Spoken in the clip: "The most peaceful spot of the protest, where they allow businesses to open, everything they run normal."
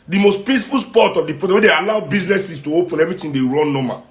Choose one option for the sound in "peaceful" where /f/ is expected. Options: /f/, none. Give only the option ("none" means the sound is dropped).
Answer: /f/